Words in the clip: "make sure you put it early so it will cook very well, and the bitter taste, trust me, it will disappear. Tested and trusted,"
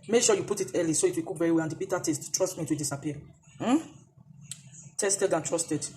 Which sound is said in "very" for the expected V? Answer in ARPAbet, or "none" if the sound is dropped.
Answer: V